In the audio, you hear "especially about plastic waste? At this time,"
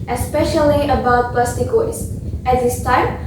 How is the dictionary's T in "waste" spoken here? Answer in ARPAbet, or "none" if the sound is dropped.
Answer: none